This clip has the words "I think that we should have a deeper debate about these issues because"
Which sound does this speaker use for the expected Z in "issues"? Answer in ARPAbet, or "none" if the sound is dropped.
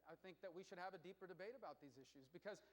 Z